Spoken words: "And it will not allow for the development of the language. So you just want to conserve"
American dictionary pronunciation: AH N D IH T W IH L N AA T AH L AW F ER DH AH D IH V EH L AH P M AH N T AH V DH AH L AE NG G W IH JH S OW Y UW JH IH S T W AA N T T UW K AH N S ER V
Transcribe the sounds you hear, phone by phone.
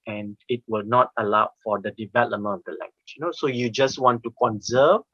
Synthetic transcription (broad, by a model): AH N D IH T W IH L N AA T AH L AW F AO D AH D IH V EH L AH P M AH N AH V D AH L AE NG G W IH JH S OW Y UW JH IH S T W AA N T T UW K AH N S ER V